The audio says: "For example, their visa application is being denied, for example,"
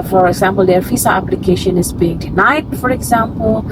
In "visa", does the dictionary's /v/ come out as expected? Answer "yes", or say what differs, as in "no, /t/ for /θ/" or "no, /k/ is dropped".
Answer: no, /f/ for /v/